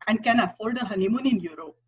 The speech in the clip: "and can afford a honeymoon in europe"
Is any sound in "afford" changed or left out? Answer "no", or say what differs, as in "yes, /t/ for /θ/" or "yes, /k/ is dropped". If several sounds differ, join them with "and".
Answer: yes, /l/ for /ɹ/